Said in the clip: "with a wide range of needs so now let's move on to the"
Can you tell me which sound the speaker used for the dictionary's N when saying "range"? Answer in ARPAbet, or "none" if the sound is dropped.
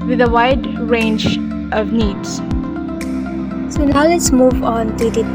N